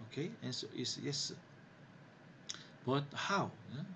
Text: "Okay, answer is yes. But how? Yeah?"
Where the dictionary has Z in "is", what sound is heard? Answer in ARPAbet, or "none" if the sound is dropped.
S